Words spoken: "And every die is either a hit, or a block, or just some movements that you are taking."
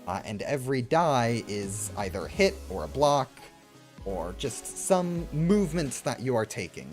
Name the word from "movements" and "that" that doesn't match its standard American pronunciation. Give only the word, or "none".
none